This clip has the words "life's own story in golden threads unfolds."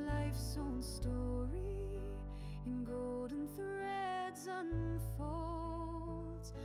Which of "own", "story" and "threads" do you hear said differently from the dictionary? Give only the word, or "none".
none